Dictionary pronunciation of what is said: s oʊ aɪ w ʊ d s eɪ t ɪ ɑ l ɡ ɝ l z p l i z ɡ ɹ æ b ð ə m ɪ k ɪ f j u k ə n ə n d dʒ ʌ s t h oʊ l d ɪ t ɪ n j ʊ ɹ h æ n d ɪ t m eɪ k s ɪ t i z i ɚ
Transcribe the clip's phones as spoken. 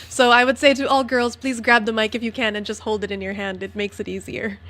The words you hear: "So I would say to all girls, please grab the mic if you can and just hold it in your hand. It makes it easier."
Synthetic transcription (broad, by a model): s oʊ aɪ w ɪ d s eɪ t ɪ ɑ l ɡ ɝ l z p l i z ɡ ɹ æ b ð ə m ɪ k ɪ f j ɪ k ə n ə n dʒ ʌ s t h oʊ l d ɪ t ɪ n j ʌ ɹ h æ n d ɪ t m eɪ k s ɪ t i z i ɚ